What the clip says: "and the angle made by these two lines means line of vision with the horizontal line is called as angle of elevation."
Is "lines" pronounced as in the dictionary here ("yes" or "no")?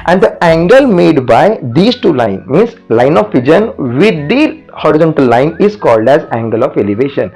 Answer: no